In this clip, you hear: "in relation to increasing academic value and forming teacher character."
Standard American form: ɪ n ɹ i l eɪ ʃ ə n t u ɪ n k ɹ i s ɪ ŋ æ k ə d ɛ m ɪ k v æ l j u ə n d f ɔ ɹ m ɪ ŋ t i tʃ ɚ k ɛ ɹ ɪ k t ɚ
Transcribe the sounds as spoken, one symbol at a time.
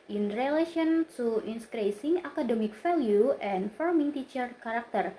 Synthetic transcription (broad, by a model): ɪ n ɹ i l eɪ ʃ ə n t u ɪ n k ɹ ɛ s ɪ ŋ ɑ k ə d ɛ m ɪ k f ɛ l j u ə n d f ɔ ɹ m ɪ ŋ t i tʃ ɚ k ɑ ɹ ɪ k t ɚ